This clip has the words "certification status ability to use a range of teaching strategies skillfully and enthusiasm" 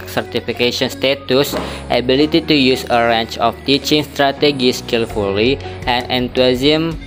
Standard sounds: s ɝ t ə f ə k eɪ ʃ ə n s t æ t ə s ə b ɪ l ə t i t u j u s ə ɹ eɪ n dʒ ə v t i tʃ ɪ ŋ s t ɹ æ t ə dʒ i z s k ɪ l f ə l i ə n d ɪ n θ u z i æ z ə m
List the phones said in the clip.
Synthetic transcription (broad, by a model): s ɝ t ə f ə k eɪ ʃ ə n s t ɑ t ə s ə b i l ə t i t u j u s ə ɹ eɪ n tʃ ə f t i tʃ ɪ ŋ s t ɹ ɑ t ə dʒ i s k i l f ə l i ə n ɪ n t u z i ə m